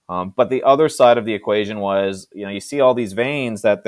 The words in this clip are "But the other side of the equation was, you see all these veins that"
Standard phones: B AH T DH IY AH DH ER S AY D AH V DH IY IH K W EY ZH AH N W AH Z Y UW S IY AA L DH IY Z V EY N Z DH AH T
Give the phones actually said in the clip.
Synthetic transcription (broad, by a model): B AH T DH IY AH DH ER S AY D AH V DH IY IH K W EY ZH AH N W AH Z Y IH S IY AA L DH IY Z V EY N Z DH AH T